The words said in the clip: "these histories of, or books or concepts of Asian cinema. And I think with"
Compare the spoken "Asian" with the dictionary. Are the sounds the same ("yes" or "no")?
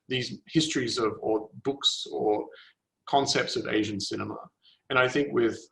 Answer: yes